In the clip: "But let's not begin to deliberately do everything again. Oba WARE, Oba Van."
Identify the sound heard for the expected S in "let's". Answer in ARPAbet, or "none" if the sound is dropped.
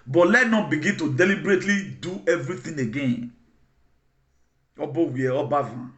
none